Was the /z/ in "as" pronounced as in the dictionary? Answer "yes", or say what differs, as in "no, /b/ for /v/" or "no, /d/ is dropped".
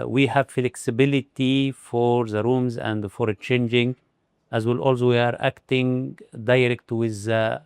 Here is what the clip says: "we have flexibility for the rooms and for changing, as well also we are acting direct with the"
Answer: yes